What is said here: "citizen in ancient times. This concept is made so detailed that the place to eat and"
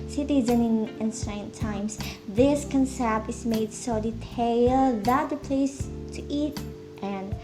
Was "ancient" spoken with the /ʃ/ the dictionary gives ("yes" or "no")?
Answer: no